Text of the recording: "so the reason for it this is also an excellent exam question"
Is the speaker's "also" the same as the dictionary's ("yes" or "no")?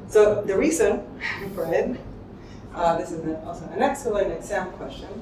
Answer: no